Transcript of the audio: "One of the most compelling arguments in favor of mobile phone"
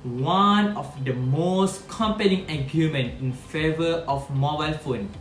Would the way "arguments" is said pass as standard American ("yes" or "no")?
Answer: no